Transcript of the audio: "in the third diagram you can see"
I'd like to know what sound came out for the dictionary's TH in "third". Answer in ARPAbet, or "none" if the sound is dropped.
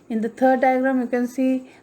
T